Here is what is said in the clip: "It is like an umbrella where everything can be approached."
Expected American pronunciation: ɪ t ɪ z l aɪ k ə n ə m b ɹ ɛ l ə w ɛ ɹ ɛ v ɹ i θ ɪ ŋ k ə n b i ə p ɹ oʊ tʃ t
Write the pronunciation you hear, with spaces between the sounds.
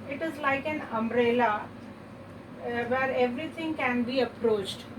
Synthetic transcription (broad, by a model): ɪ t ɪ z l aɪ k ə n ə m ɹ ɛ l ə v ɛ ɹ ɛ v ɹ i t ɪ ŋ k ə n b i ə p ɹ oʊ tʃ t